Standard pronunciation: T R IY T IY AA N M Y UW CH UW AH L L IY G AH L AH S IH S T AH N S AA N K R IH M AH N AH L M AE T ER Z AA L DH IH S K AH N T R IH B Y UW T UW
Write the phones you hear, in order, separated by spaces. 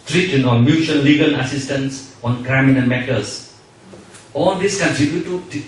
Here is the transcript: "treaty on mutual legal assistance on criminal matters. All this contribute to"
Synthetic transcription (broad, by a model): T R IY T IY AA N M Y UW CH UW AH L L IY G AH L AH S IH S T AH N S AA N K R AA M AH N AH N M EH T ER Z AA L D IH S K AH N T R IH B Y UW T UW